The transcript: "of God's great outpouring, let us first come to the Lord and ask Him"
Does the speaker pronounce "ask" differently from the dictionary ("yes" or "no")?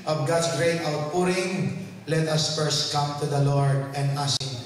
yes